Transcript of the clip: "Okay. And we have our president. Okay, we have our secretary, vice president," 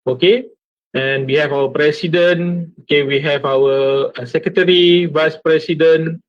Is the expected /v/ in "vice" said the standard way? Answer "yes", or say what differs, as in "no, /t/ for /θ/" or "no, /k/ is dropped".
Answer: yes